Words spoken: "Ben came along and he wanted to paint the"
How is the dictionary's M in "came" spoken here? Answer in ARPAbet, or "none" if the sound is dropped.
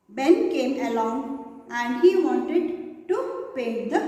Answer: M